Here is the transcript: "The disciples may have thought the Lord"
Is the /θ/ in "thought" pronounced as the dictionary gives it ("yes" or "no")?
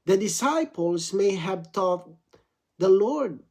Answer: no